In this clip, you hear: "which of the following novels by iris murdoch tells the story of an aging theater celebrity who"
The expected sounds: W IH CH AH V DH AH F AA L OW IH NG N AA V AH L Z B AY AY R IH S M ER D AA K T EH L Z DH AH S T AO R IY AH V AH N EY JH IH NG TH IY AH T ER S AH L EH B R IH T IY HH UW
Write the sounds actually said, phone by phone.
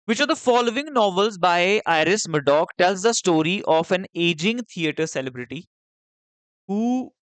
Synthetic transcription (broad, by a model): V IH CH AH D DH AH F AA L OW IH NG N AA V AH L Z B AY AY R IH S M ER D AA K T EH L Z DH AH S T AO R IY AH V AH N EY JH IH NG T IY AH T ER S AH L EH B R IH T IY HH UW